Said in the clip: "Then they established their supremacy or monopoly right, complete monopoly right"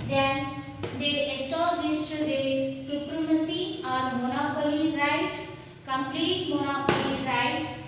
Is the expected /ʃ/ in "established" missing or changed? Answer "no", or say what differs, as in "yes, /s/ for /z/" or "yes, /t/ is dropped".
yes, /s/ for /ʃ/